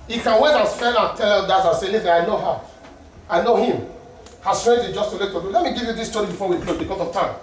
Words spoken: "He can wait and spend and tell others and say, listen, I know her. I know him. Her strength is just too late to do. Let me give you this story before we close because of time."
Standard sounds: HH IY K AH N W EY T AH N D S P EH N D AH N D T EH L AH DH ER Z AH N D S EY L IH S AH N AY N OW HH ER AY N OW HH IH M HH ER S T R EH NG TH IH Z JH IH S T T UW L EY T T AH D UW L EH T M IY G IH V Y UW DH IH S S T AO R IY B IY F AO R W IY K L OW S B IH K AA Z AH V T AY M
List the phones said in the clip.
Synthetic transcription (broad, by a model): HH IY K AH N W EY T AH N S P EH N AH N T EH L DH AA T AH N S EY L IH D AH AY N OW HH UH AY N OW HH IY M HH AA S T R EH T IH JH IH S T T UW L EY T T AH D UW L EH T M IY G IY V Y UW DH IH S S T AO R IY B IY F AO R W IY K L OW B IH K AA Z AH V T AY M